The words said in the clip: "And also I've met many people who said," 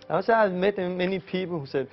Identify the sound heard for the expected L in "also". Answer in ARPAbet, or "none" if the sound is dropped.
none